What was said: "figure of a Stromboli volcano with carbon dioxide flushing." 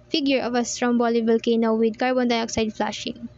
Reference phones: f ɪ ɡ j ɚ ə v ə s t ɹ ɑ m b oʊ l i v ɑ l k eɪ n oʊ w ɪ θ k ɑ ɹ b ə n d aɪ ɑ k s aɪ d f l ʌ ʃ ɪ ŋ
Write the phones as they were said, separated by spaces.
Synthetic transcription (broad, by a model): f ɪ ɡ j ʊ ə v ə s t ɹ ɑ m b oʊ l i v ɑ l k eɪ n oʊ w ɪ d k ɑ ɹ b ə n d aɪ ɑ k s aɪ d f l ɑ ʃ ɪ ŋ